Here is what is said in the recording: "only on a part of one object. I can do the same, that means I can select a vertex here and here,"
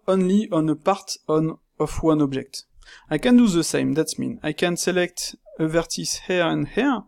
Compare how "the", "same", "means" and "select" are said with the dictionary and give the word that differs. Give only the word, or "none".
means